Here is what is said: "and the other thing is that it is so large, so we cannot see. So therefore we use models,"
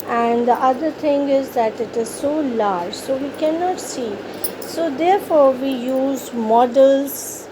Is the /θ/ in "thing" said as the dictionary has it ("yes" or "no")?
no